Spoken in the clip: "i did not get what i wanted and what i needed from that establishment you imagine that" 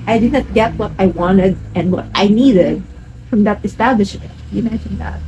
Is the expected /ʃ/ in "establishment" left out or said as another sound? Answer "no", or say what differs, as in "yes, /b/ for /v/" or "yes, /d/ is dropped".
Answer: no